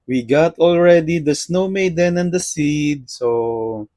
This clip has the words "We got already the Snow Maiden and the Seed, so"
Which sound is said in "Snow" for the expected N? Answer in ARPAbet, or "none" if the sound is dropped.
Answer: N